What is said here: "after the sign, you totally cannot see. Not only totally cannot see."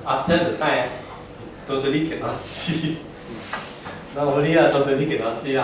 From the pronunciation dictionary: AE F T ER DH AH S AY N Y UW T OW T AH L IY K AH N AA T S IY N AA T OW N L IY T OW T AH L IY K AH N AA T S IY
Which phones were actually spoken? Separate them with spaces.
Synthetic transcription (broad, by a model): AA F T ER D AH S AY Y T OW T AH L IY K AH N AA S IY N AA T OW L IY T OW T AH L IY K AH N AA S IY